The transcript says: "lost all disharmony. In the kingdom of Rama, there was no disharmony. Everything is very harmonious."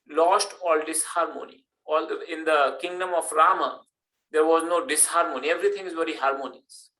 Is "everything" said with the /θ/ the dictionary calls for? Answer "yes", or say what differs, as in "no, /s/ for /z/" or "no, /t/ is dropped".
no, /t/ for /θ/